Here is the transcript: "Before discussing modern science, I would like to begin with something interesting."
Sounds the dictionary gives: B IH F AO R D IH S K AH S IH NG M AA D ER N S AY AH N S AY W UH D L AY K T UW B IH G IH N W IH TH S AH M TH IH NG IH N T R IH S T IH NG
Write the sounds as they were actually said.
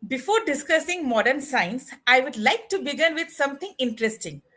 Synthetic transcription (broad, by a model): B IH F AO R D IH S K AH S IH NG M AA D ER N S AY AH N S AY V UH D L AY K T UW B IH G IH N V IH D S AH M T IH NG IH N T R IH S T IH NG